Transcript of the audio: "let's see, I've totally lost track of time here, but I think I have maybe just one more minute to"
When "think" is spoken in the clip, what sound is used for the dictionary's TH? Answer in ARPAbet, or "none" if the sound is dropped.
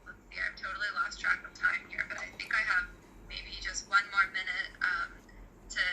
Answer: TH